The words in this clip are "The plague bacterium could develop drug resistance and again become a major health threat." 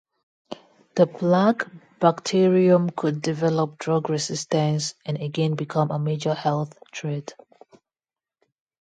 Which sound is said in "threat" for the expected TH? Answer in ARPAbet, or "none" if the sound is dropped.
T